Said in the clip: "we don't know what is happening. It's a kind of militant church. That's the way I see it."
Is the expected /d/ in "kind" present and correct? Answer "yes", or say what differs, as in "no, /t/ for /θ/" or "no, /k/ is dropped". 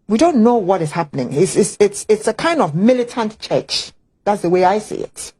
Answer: yes